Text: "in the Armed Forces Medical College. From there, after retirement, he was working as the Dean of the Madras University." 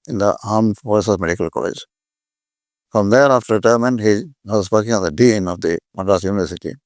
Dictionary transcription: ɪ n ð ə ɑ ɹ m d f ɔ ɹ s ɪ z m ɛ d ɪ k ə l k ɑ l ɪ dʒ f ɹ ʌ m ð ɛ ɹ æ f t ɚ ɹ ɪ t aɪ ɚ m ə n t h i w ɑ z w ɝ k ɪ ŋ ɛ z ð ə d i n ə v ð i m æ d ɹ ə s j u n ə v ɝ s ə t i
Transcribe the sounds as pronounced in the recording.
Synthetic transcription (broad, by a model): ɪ n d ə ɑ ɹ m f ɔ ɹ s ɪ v m ɛ d ɪ k ə l k ɑ l ɪ dʒ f ɹ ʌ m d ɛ ɹ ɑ f t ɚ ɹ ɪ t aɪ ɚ m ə n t h i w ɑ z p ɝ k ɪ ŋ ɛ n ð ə d i n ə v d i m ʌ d ə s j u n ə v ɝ s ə t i